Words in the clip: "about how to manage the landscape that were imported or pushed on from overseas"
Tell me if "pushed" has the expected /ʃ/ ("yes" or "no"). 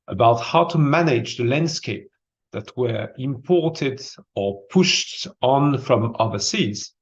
yes